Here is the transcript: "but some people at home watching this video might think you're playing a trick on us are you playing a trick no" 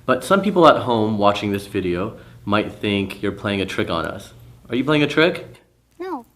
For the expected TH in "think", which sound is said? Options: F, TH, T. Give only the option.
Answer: TH